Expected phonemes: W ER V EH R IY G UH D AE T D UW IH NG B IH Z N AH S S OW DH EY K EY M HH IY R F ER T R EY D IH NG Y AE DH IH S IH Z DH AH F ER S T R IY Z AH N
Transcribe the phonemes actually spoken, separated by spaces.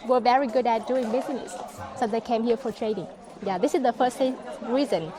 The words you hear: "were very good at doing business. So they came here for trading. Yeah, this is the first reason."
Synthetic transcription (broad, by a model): W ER V EH R IY G UH D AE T D UW IH NG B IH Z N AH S S OW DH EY K EY M HH IY R F ER T R EY D IH NG Y AE DH IH S IH Z DH AH F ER S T R IY Z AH N